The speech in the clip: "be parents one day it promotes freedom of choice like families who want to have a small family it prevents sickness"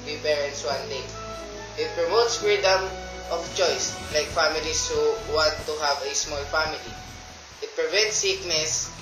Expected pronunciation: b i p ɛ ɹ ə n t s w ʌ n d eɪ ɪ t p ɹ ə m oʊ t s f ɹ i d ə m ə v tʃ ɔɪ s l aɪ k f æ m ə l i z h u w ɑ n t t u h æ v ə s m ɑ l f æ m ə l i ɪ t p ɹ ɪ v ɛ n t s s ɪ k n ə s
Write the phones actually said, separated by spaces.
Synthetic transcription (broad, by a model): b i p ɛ ɹ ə n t s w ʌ n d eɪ ɪ t p ɹ ə m oʊ t s f ɹ i d ə m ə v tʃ ɔɪ s l aɪ k f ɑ m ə l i s h u w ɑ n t t u h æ v ə s m ɑ l f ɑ m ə l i ɪ t p ɹ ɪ v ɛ n t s s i k n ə s